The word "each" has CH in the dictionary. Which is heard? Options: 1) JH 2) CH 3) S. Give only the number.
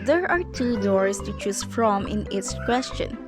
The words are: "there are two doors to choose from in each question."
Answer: 3